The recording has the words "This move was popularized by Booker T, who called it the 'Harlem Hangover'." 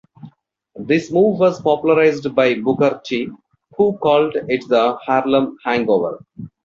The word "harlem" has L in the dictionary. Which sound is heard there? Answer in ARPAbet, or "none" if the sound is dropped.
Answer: L